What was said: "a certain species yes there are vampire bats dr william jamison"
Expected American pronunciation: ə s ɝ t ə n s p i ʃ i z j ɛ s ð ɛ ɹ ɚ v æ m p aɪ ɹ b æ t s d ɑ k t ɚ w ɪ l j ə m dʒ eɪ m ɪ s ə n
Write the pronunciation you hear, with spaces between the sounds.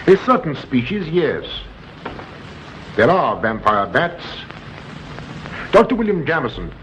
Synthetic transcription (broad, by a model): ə s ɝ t n s p i ʃ i z j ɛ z ð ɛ ɹ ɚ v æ m p aɪ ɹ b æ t s d ɑ k t ɚ w ɪ l j ə m dʒ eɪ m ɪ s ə n